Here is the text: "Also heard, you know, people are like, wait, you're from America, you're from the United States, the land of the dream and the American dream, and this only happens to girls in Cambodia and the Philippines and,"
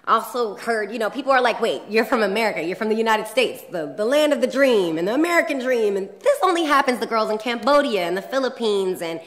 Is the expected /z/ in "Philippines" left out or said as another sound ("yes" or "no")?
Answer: no